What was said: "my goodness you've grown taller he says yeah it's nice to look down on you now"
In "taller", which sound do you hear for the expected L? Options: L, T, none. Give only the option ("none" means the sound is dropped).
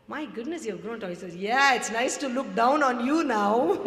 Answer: none